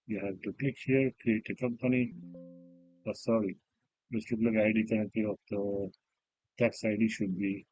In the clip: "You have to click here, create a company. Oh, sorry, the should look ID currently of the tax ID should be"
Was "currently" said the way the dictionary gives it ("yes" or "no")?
no